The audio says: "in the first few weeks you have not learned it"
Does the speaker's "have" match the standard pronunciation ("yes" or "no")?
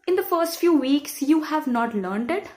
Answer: yes